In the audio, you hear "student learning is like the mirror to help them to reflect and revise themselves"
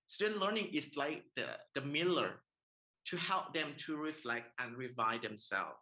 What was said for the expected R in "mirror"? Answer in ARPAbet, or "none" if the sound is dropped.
L